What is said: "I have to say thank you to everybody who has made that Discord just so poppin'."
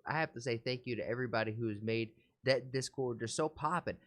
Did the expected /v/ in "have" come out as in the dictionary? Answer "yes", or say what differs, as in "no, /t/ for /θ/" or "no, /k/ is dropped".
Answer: no, /f/ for /v/